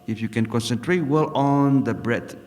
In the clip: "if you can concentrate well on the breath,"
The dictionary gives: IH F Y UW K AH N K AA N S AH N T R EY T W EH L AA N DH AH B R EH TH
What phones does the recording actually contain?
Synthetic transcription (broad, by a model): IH F Y UW K AH N K AA N S AH N T R EY T W EH L AA N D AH B R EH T